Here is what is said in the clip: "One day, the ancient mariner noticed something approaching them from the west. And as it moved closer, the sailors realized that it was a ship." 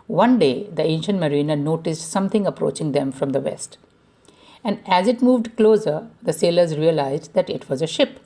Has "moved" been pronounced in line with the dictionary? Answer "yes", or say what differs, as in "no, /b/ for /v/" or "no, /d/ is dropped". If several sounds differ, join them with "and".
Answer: yes